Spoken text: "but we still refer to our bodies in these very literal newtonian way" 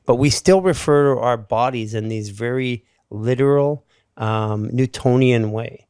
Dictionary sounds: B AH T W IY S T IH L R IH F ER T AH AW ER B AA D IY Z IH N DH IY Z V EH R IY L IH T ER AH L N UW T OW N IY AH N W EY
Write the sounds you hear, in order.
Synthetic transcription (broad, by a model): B AH T W IY S T IH L R IH F ER T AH AW ER B AA D IY Z IH N DH IY Z V EH R IY L IH T ER L N UW T OW N IY AH N W EY